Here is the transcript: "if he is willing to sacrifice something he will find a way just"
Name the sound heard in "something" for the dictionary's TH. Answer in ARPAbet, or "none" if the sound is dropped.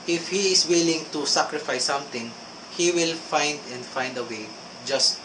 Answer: T